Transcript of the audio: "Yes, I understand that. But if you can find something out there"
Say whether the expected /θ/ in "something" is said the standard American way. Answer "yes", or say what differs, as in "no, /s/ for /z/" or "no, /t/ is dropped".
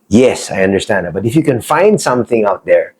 yes